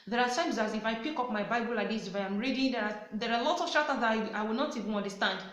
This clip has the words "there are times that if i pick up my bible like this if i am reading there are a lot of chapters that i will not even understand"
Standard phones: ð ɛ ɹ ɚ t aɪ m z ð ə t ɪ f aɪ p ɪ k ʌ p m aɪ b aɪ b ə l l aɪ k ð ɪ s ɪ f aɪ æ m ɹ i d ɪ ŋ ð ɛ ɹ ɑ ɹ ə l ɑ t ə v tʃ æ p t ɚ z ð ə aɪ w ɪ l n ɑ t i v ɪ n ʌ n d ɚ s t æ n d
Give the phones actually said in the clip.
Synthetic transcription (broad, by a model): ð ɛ ɹ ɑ t aɪ m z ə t ɪ f aɪ p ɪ k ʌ p m aɪ b aɪ b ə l l aɪ k ð ɪ s ɪ f aɪ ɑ m ɹ i d ɪ ŋ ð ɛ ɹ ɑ ɹ ə l ɑ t ə v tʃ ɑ t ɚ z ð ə aɪ w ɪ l n ɑ t i v ɪ n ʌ n d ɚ s t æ n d